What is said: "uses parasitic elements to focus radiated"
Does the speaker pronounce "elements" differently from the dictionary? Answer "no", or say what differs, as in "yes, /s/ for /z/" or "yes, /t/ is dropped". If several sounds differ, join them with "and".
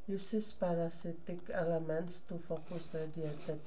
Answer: no